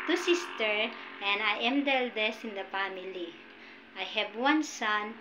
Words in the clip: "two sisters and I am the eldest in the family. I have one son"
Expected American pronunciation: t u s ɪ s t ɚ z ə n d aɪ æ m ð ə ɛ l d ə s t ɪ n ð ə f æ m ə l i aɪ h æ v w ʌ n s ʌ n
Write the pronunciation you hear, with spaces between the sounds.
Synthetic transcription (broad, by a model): t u s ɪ s t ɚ ə n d aɪ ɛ m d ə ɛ l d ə s ɪ n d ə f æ m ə l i aɪ h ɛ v w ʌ n s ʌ n